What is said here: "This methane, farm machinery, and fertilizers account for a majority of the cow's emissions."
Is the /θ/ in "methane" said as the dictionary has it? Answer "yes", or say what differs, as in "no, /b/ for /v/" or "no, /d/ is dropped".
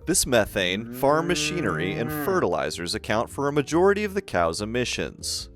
yes